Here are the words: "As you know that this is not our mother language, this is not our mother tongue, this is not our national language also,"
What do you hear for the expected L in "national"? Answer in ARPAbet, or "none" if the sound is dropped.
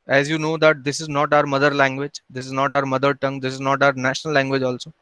L